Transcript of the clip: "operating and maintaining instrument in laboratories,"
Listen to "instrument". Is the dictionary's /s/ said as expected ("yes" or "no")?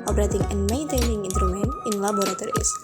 no